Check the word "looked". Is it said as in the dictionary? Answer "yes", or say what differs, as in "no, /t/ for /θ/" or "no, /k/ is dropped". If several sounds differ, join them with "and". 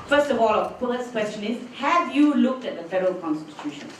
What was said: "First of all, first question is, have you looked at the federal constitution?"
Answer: yes